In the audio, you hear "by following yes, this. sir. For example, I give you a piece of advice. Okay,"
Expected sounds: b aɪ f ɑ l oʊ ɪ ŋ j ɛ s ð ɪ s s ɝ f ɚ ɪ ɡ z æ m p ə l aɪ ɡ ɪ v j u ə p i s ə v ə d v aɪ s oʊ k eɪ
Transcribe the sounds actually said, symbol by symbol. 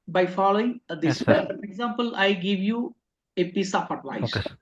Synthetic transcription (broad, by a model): b aɪ f ɑ l oʊ ɪ ŋ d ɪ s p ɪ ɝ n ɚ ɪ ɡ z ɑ m p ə l aɪ ɡ ɪ v j u ə p i s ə p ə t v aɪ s